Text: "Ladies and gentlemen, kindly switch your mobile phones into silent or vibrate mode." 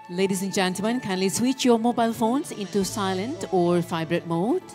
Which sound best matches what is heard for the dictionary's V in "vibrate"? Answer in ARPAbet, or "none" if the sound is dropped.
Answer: F